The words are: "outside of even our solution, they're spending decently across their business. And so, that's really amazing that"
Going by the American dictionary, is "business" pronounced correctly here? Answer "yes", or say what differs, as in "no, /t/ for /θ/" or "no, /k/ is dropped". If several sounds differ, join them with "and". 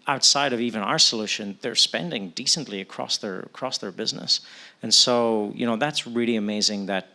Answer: yes